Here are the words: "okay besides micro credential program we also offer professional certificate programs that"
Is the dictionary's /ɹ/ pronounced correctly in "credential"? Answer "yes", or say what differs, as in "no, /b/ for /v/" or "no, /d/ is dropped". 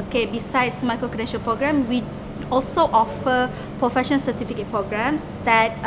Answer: no, /ɹ/ is dropped